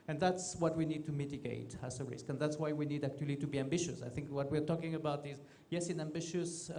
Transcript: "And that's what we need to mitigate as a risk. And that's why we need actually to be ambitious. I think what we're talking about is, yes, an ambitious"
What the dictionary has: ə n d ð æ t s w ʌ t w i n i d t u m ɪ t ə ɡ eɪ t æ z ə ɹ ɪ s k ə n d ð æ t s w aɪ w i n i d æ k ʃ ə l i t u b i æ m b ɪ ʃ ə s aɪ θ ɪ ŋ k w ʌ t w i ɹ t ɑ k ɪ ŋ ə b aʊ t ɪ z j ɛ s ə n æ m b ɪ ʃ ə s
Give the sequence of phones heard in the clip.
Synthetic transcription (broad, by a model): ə n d ð æ t s w ʌ t w i n i d t u m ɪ t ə ɡ eɪ t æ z ə ɹ ɪ s k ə n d ð æ t s w aɪ w i n i d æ k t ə l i t u b i æ m b ɪ ʃ ə s aɪ θ ɪ ŋ k w ʌ t w i ɹ t ɑ k ɪ ŋ ə b aʊ t ɪ z j ɛ s ə n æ m b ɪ ʃ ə s